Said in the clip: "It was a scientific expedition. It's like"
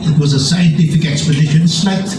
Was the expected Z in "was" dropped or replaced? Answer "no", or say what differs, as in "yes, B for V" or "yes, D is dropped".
no